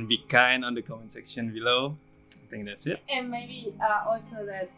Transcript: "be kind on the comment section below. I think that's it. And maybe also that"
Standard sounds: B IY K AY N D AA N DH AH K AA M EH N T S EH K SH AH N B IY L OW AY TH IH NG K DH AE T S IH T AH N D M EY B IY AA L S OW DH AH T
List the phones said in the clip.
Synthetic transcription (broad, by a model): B IY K AY N AA N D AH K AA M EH N S EH K SH AH N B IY L OW AY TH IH NG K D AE T S IH T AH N M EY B IY AA L S OW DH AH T